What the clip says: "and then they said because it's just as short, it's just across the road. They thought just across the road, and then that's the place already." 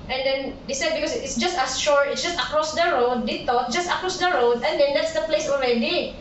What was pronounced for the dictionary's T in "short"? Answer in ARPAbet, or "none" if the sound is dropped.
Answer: none